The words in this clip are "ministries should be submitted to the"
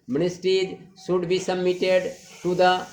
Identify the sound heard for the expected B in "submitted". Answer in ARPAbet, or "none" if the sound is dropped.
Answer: none